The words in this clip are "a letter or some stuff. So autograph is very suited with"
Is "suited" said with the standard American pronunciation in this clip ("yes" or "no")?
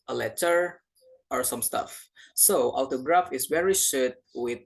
no